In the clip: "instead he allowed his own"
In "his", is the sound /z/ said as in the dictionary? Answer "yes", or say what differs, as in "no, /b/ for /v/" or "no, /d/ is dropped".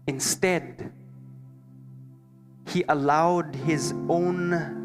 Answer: yes